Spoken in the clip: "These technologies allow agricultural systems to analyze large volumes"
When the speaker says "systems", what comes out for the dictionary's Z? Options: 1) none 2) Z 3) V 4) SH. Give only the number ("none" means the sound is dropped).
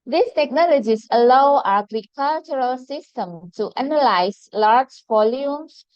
1